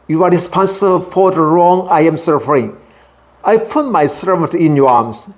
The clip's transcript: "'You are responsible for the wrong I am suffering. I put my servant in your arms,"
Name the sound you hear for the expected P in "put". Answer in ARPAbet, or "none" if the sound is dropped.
P